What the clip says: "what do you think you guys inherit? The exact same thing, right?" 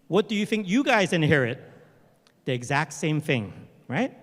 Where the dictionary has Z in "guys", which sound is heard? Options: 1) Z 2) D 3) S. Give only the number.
1